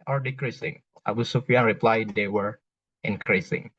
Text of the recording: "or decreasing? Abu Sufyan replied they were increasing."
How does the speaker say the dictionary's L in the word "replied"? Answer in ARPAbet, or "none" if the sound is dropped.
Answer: L